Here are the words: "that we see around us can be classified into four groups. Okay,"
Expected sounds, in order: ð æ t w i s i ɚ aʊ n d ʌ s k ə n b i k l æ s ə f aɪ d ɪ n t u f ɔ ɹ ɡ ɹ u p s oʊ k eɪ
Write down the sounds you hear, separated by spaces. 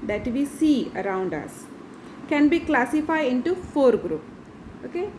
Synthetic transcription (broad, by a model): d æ t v i s i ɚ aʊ n d ʌ s k ə n b i k l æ s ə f aɪ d ɪ n t u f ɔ ɹ ɡ ɹ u p oʊ k eɪ